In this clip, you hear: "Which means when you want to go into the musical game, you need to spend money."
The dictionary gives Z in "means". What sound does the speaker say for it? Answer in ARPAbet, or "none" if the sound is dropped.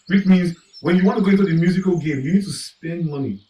Z